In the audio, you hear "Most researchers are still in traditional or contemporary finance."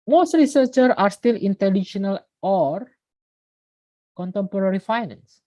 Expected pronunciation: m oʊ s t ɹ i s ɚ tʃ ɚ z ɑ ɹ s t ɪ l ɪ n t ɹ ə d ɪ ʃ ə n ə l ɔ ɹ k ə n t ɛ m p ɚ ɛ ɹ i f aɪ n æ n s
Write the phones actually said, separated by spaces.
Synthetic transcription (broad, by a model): m oʊ s t ɹ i s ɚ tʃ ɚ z ɑ ɹ s t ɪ l ɪ n t ə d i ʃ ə n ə l ɔ ɹ k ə n t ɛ m p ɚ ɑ ɹ i f aɪ n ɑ n s